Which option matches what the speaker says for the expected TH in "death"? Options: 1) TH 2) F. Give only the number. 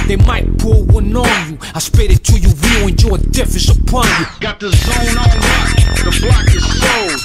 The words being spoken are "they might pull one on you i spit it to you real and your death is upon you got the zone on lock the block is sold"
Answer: 2